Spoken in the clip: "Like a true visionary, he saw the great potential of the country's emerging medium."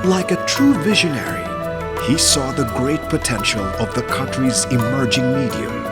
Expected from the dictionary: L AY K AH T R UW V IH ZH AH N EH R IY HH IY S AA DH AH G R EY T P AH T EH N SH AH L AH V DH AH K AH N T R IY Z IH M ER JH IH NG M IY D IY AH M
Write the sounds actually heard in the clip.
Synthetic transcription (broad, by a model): L AY K AH T R UW V IH ZH AH N EH R IY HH IY S AA DH AH G R EY T P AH T EH N SH L AH V DH AH K AH N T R IY Z IH M ER JH IH NG M IY D IY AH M